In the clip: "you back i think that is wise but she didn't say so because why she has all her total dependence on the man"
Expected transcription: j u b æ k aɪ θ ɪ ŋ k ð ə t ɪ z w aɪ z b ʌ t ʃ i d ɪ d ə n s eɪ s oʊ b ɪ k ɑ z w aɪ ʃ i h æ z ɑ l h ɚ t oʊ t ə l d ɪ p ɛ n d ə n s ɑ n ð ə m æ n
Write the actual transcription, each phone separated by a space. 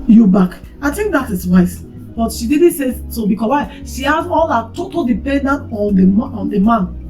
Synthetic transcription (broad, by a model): j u b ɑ k aɪ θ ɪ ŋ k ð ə t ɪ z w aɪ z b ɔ t ʃ i d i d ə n s eɪ s oʊ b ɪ k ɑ w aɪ ʃ i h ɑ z ɑ l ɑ t oʊ t ə l d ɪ p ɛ n d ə n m ɑ n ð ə m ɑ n